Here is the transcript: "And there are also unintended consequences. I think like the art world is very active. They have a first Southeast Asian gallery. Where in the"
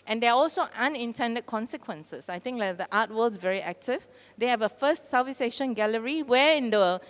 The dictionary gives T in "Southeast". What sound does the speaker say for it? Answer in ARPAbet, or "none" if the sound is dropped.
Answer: none